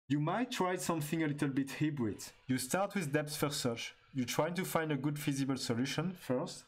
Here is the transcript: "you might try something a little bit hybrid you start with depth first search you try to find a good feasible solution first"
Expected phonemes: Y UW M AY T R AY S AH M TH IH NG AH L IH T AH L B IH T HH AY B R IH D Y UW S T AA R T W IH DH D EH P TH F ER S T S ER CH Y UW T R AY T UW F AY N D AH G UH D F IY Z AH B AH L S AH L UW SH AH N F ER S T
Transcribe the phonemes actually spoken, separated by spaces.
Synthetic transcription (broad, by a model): Y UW M AY T R AY S AH M TH IH NG AH L IH T AH L B IH T HH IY B R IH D Y UW S T AA R T W IH DH D EH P S F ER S S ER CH Y UW T R AY T UW F AY N D AH G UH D F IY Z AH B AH L S AH L UW SH AH N F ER S T